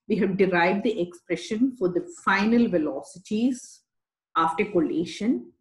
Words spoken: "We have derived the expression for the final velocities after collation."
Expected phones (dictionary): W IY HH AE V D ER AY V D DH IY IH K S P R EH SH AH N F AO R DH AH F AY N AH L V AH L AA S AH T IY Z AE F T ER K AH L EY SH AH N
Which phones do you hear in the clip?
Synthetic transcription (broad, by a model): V IY HH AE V D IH AY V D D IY IH K S P R EH SH AH N F AO R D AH F AY N AH L V AH L AA S AH T IY Z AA F T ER K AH L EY SH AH N